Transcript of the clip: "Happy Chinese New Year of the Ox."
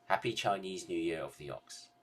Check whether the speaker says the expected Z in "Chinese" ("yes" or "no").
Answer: yes